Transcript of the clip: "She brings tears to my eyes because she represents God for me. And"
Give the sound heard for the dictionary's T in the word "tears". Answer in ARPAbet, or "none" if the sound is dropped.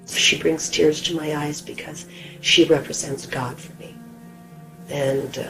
T